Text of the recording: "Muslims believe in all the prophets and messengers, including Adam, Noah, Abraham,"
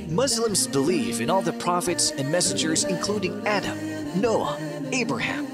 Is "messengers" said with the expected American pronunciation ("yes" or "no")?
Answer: yes